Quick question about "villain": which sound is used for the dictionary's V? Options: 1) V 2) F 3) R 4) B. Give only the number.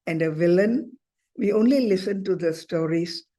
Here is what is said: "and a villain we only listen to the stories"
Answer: 1